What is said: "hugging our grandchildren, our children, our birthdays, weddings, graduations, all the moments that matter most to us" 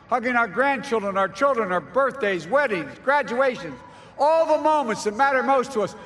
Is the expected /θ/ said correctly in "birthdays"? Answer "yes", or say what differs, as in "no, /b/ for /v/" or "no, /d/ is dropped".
yes